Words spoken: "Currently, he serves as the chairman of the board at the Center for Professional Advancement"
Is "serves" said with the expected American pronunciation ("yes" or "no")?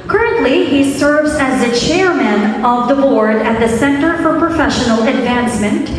yes